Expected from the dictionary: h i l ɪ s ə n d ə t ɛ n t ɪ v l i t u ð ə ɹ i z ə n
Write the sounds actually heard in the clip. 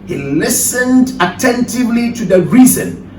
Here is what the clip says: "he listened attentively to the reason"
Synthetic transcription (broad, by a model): h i l ɪ s ə n d ə t ɛ n t ɪ v l i t u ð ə ɹ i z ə n